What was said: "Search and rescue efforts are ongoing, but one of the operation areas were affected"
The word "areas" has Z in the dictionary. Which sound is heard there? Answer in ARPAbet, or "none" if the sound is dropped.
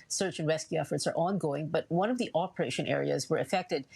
Z